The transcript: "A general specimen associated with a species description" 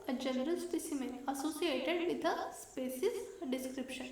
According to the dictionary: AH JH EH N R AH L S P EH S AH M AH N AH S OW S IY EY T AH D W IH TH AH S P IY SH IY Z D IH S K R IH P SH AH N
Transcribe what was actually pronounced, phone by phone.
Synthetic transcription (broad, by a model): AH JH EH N R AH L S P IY S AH M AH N AH S OW S IY EY T AH D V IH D AH S P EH S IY S D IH S K R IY P SH AH N